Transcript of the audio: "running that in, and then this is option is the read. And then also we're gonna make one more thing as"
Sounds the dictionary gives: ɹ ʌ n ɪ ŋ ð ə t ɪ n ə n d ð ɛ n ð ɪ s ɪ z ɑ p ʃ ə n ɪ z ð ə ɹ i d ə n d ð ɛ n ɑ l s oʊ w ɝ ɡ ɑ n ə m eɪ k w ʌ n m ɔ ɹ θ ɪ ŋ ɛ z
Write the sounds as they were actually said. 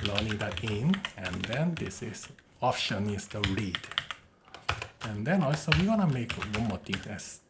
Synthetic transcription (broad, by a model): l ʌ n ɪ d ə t ɪ n ə n d ɛ n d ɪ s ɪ s ɑ p ʃ ə n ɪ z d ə ɹ i d ə n d ɛ n ɑ l s oʊ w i ɡ ɑ n ə m eɪ k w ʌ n m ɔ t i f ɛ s